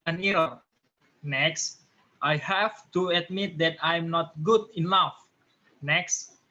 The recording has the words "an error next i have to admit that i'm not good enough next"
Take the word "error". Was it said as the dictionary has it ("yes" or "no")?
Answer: no